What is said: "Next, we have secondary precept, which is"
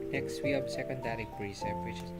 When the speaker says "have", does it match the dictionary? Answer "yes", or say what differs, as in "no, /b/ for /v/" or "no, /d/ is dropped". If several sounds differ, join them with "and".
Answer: no, /b/ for /v/